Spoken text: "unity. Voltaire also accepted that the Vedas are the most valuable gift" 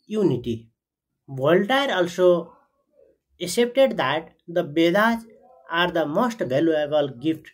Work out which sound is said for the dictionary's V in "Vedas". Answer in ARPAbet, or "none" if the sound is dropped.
B